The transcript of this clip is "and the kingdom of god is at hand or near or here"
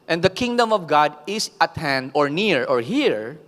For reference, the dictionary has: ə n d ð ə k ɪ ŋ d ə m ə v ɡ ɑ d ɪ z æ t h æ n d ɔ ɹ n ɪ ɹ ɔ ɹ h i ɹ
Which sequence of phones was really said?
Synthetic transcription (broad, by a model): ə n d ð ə k ɪ ŋ d ə m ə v ɡ ɑ d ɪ s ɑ t h æ n d ɔ ɹ n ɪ ɹ ɔ ɹ h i ɹ